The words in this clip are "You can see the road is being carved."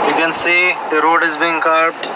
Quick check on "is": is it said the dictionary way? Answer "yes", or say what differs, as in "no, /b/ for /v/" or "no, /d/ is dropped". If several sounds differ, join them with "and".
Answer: yes